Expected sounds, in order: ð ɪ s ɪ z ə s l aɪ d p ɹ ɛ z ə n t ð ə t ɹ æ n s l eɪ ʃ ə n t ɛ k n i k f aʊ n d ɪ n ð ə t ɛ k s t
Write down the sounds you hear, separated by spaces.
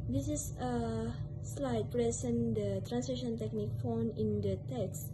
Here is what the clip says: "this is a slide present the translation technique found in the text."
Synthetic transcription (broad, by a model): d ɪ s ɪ s ə s l aɪ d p ɹ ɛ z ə n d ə t ɹ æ n s eɪ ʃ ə n t ɛ k n i k f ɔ n ɪ n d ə t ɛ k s